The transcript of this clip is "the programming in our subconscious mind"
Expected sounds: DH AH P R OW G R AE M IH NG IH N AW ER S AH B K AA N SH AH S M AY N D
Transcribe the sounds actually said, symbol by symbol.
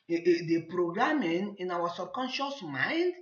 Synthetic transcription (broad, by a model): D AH P R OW G R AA M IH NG IH N AW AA S AH B K AA N SH AH S M AY N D